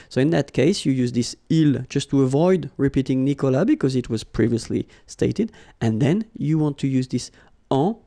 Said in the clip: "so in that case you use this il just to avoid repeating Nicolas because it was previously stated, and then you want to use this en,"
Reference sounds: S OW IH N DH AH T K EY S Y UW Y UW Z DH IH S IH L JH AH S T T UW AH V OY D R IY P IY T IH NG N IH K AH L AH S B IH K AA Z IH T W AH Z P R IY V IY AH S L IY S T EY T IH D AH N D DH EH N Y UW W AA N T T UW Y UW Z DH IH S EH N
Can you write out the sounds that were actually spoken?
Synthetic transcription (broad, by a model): S OW IH N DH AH T K EY S Y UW Y UW Z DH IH S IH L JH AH S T T UW AH V OY D R IY P IY T IH NG N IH K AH L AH B IH K AA Z IH T W AH Z P R IY V IY AH S L IY S T EY T IH D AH N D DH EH N Y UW W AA N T T UW Y UW Z DH IH S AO